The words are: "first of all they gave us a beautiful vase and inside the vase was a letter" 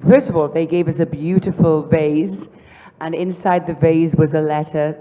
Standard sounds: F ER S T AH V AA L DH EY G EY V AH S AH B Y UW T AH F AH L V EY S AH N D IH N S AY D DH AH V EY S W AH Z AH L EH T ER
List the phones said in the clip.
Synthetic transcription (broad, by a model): F ER S T AH V AA L DH EY G EY V AH S AH B Y UW T AH F AH L V EY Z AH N IH N S AY D DH AH V EY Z W AH Z AH L EH T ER